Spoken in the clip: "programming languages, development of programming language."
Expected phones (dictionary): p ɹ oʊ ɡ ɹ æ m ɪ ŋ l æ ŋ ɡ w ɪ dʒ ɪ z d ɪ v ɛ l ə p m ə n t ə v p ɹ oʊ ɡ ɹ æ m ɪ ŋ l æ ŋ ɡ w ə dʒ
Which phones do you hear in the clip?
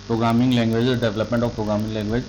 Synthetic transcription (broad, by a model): p ɹ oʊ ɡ ɹ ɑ m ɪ ŋ l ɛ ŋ ɡ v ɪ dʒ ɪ d ɪ v ɛ l ə p m ə n t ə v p ɹ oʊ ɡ ɹ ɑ m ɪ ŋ l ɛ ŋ ɡ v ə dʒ